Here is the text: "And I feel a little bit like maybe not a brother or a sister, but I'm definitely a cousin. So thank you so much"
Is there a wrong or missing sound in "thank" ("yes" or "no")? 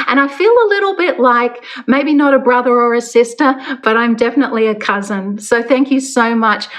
no